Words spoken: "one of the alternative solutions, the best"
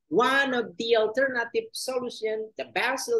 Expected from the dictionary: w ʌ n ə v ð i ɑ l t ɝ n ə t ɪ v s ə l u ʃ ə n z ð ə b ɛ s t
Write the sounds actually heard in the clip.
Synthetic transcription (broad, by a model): w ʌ n ə v ð i ɑ l t ɝ n ə t ɪ v s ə l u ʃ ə n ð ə b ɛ s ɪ